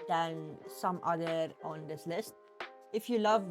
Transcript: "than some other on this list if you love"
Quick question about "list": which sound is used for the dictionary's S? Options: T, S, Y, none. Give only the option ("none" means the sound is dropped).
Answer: S